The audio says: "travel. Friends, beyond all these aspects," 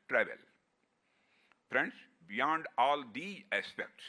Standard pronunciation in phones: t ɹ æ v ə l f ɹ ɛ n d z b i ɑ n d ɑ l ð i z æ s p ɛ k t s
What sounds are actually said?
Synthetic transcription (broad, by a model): t ɹ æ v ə l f ɹ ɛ n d s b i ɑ n d ɑ l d i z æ s p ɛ k t s